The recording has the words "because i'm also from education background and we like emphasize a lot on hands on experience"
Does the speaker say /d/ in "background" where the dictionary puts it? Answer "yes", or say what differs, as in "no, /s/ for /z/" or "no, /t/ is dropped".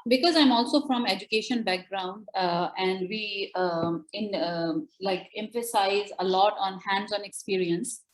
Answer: yes